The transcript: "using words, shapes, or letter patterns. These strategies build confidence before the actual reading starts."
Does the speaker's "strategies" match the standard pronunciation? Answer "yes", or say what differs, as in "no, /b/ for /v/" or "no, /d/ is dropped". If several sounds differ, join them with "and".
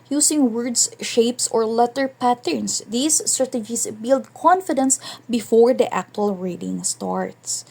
no, /s/ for /z/